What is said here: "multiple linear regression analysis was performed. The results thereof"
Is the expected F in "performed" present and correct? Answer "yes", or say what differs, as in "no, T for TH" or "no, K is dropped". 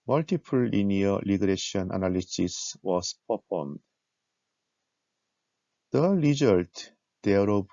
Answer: no, P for F